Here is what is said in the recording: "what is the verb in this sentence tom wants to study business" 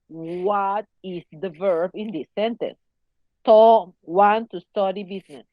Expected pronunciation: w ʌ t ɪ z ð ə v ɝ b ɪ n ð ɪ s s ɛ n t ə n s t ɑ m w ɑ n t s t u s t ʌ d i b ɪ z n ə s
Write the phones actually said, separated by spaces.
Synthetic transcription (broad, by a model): w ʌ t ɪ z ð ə v ɝ b ɪ n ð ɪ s s ɛ n t ə n s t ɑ w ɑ n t t u s t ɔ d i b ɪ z n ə s